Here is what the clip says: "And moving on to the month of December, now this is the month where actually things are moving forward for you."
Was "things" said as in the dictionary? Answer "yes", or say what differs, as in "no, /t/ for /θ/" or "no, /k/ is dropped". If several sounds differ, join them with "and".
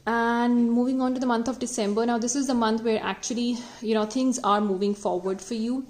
no, /t/ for /θ/